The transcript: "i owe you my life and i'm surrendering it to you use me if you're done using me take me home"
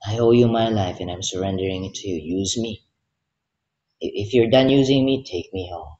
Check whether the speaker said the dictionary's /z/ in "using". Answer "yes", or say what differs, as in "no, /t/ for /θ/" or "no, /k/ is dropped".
yes